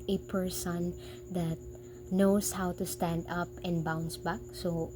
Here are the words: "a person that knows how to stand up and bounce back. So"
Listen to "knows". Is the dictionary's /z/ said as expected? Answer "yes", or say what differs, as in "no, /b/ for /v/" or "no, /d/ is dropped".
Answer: no, /s/ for /z/